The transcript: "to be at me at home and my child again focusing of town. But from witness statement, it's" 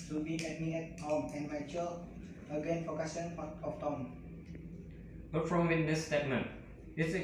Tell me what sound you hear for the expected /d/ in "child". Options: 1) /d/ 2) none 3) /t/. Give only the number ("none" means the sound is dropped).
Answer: 2